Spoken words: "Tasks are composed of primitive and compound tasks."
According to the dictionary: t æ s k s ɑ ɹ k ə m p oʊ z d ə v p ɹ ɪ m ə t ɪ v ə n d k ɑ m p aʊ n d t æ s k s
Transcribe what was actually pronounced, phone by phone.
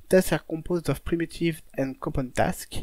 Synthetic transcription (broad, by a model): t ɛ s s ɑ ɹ k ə p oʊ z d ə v p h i m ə t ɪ v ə n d k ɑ p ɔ n t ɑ s k